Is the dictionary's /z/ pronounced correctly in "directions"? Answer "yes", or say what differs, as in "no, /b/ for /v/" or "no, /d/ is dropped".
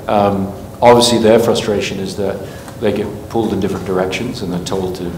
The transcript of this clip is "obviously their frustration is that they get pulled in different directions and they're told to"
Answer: yes